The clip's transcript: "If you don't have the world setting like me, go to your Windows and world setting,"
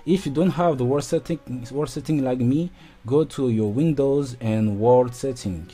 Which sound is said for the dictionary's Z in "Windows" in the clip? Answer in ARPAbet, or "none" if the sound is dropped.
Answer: Z